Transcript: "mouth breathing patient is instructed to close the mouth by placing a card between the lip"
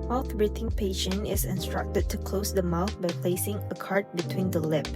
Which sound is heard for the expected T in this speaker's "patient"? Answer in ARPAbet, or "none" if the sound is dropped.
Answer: none